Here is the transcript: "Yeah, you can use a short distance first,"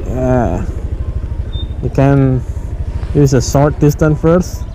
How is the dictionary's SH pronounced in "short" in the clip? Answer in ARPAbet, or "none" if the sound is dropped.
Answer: S